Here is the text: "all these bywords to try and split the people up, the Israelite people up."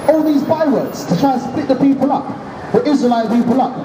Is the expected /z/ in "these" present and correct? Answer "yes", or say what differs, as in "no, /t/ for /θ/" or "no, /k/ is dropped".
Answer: yes